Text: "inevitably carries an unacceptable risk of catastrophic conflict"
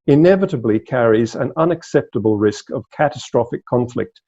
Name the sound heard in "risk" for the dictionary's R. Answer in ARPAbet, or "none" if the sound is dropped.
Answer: R